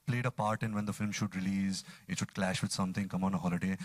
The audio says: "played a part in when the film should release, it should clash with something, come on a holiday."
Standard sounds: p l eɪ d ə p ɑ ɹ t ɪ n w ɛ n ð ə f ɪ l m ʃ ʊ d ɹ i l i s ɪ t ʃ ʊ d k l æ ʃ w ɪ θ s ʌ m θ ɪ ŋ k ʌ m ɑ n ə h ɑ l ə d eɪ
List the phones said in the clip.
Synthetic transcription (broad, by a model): p l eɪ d ə p ɑ ɹ t ɪ n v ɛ n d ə f ɪ l m ʃ ʊ d ɹ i l i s ɪ t ʃ ʊ d k l æ ʃ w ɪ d s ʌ m t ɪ ŋ k ʌ m ɑ n ə h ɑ l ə d eɪ